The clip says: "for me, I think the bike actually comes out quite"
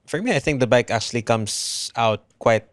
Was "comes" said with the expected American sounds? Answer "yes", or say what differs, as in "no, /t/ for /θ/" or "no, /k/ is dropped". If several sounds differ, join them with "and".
no, /s/ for /z/